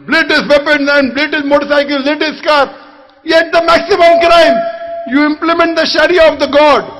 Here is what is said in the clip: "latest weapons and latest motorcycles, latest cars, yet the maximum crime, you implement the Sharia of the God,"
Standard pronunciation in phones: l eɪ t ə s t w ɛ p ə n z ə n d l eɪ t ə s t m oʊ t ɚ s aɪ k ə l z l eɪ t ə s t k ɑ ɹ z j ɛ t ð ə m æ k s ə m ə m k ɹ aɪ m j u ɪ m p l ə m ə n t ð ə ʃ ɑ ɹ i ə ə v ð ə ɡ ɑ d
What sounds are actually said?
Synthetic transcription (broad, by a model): l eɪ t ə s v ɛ p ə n ə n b l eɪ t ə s m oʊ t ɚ s aɪ k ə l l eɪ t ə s k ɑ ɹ j ɛ t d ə m æ k s ə m ə m k ɹ aɪ m j u ɪ m p l ə m ə n t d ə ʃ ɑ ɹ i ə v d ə ɡ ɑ d